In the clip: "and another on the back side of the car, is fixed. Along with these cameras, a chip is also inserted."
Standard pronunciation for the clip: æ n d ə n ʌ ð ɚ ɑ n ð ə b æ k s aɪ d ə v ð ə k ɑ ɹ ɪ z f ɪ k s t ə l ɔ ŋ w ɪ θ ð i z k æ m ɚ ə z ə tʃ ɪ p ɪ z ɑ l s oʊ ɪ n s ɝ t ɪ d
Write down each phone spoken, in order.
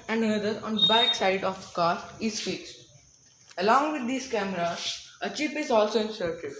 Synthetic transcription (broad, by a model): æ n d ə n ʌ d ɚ ɑ n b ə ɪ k s aɪ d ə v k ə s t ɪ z f ɪ k s t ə l ɔ ŋ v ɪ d i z k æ m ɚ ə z ə tʃ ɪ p ɪ z ɑ l s oʊ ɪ n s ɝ t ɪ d